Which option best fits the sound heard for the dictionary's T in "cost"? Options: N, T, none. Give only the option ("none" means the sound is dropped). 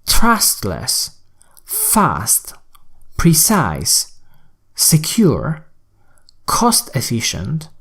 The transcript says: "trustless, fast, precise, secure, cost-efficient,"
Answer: T